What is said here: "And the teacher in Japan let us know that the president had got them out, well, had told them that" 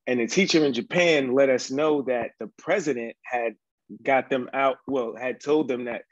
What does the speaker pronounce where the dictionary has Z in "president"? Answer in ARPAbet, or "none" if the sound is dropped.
Z